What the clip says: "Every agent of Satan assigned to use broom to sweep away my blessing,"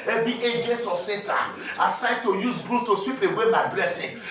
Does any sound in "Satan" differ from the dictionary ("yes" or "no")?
yes